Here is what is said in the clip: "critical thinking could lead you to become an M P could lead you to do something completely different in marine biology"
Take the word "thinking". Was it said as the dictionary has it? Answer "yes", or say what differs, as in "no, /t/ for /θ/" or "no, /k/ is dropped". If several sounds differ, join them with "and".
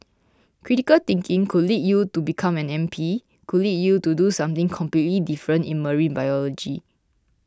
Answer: no, /t/ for /θ/